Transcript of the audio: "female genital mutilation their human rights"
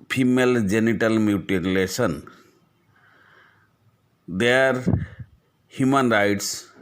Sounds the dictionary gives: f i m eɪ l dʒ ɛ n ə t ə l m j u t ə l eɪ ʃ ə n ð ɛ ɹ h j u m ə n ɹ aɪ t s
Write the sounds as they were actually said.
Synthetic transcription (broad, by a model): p i m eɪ l dʒ ɛ n ə t ə l m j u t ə l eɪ s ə n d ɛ ɹ h j u m ə n ɹ aɪ t s